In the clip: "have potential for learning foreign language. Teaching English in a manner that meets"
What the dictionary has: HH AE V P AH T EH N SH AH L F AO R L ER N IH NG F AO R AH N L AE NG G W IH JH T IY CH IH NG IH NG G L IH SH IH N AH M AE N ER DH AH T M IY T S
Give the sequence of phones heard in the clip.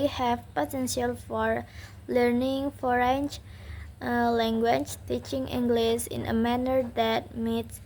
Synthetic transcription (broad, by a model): HH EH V P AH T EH N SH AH L F AO R L ER N IH NG F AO R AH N L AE NG G W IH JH T IY CH IH NG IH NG G L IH S IH N AH M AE N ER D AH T M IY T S